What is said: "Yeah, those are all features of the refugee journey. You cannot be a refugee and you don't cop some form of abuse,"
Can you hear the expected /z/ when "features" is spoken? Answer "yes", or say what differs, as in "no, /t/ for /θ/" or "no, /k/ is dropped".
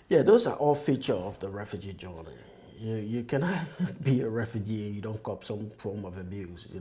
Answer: no, /z/ is dropped